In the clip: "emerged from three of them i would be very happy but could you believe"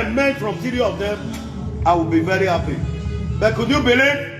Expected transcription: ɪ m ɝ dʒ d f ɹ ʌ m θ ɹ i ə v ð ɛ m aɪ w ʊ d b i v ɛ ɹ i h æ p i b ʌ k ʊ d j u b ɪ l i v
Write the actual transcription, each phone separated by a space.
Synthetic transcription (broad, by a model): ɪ m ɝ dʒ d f ɹ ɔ m s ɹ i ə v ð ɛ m aɪ w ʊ b i v ɛ ɹ i h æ p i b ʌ k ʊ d j u b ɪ l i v